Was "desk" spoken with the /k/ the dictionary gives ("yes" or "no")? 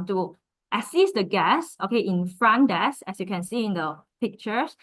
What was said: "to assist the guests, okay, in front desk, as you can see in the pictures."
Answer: no